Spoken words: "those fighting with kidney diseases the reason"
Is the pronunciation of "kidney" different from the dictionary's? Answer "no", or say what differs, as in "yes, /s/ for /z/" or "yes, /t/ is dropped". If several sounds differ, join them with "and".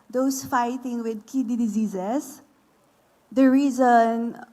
yes, /n/ is dropped